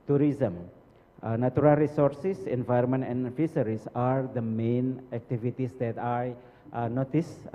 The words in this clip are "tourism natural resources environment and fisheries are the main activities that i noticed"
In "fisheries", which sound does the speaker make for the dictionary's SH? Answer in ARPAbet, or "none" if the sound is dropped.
S